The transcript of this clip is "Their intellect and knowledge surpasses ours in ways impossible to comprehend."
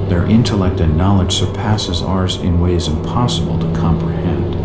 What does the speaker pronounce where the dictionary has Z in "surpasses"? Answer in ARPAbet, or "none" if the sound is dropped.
Z